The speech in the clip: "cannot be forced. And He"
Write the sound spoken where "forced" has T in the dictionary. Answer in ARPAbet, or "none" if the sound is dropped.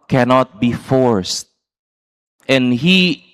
T